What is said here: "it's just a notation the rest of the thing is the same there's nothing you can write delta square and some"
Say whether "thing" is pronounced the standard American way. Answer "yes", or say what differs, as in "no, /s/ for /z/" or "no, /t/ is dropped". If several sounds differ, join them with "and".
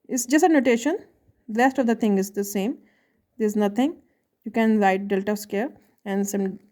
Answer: no, /t/ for /θ/